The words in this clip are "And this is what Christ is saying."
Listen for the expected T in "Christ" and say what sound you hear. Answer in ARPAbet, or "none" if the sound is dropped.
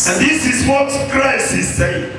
none